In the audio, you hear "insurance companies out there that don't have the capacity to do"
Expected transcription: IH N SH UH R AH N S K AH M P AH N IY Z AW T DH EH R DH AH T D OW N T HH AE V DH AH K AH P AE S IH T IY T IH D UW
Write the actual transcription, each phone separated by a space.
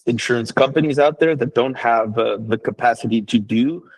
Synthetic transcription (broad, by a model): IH N SH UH R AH N S K AH M P AH N IY Z AW T DH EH R DH AH T D OW N T HH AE V DH AH K AH P AE S IH T IY T IH D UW